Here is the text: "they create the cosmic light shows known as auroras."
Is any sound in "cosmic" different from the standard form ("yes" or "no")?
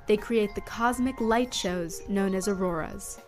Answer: no